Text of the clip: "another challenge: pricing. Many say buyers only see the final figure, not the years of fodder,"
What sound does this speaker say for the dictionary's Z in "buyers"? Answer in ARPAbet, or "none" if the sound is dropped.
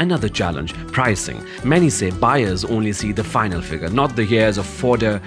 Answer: Z